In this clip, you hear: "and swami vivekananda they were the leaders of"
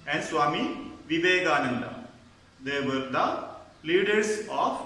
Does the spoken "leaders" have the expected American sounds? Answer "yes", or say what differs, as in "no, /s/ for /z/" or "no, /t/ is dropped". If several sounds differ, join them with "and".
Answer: no, /s/ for /z/